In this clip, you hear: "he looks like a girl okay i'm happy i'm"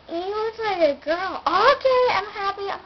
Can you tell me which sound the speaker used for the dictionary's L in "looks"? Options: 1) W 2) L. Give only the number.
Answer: 1